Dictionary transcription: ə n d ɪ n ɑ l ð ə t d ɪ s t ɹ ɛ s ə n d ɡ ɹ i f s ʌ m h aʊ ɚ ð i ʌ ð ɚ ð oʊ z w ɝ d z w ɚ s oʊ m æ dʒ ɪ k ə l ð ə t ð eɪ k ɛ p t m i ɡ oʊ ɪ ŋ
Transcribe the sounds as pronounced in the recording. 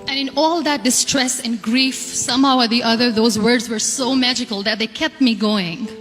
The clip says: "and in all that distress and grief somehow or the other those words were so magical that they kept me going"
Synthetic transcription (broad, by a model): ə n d ɪ n ɑ l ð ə t d ɪ s t ɹ ɛ s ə n ɡ ɹ i f s ʌ m h aʊ ɚ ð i ʌ ð ɚ ð oʊ z w ɝ d z w ɚ s oʊ m æ dʒ ɪ k ə l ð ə t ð eɪ k ɛ p t m i ɡ oʊ ɪ ŋ